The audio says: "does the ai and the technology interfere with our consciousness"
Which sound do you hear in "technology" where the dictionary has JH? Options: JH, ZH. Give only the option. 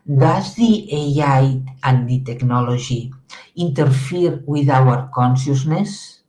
ZH